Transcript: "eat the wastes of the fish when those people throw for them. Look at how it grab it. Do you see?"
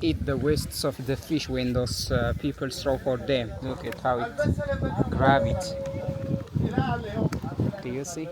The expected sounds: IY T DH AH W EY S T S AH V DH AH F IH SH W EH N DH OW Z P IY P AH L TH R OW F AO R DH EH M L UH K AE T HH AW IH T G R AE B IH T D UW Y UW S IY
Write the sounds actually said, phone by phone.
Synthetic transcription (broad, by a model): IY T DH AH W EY S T S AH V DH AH F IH SH W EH N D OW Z P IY P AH L T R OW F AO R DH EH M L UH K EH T HH AW IH T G R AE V IH T D UW Y UW S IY